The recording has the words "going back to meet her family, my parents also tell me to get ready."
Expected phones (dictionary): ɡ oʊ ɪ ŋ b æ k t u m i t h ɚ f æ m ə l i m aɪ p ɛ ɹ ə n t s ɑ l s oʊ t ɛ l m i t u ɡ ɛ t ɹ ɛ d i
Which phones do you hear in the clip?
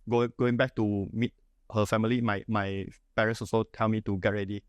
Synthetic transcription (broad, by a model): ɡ oʊ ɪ ŋ b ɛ k t u m i t h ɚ f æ m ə l i m aɪ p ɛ ɹ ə n s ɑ s oʊ t ɛ l m i t u ɡ ɛ t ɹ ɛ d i